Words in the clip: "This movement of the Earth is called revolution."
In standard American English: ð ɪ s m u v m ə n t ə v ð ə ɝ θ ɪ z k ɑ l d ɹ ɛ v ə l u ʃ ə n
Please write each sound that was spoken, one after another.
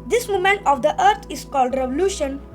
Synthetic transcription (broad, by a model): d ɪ s m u m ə n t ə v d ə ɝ t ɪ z k ɑ l d ɹ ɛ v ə l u ʃ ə n